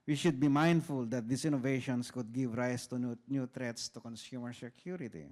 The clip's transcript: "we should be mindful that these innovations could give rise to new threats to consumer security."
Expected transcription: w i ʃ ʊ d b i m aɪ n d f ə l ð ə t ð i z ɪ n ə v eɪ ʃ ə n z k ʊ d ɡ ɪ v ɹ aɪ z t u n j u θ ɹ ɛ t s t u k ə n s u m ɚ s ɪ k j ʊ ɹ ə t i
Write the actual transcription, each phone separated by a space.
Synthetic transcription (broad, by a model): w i ʃ ʊ d b i m aɪ n d f ə l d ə t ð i s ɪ n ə v eɪ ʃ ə n s k ʊ d ɡ ɪ v ɹ aɪ s t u n j u t ɹ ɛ t s t u k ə n s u m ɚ s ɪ k j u ɹ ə t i